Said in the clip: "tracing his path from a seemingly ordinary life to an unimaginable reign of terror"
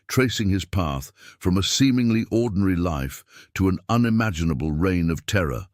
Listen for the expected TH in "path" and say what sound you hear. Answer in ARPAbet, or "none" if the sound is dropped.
TH